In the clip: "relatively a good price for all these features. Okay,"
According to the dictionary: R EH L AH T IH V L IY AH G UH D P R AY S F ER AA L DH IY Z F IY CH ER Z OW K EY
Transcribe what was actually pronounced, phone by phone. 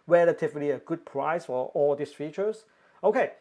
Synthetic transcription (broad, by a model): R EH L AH T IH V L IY AH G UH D P R AY S F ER AA L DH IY S F IY CH ER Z OW K EY